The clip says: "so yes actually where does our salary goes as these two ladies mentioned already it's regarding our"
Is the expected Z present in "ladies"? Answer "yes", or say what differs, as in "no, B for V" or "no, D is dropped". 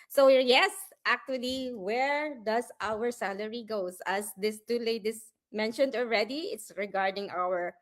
no, S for Z